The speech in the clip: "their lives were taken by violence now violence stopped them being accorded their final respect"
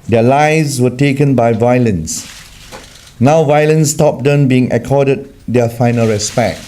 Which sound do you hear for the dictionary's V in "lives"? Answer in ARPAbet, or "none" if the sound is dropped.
none